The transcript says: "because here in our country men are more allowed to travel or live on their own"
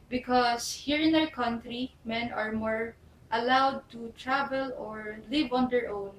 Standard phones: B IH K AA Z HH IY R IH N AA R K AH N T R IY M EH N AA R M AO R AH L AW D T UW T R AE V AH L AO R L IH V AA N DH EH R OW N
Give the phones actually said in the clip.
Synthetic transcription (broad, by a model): B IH K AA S HH IY R IH N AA W K AH N T R IY M EH N AA R M AO R AH L AW D T UW T R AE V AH L AO R L IH V AA N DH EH R OW N